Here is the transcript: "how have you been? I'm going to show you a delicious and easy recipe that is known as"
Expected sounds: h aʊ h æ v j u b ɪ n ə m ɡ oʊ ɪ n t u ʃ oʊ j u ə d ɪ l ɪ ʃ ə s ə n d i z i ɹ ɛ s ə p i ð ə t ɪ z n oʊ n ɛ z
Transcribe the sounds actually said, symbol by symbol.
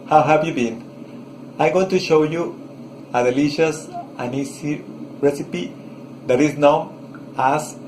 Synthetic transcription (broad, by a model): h aʊ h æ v j u b ɪ n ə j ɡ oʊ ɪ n t u ʃ oʊ j u ə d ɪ l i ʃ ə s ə n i s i ɹ ɛ s ə p i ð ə t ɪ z n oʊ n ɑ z